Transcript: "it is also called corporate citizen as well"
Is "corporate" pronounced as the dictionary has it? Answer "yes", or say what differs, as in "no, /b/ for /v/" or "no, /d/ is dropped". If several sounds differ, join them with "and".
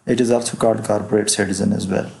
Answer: no, /b/ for /p/